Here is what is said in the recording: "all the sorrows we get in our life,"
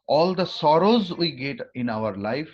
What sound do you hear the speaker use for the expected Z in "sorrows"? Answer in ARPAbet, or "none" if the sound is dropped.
Z